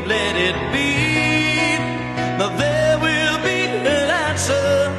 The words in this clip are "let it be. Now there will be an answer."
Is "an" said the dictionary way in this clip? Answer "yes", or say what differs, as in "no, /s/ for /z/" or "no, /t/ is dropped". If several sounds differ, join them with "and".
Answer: no, /l/ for /n/